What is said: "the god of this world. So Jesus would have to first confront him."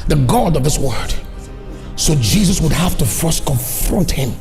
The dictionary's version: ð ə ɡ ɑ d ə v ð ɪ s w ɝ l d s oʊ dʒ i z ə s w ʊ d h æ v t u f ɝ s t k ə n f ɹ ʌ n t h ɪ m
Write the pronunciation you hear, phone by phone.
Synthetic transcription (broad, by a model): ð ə ɡ ɑ d ə v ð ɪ s w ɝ d s oʊ dʒ i z ə s w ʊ d h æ f t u f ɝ s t k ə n f ɹ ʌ n t h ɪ m